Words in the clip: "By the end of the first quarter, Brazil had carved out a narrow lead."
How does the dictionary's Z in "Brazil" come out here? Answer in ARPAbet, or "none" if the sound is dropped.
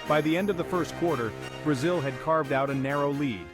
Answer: Z